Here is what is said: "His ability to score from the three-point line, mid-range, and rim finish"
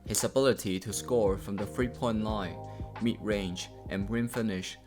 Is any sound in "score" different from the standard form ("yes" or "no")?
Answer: no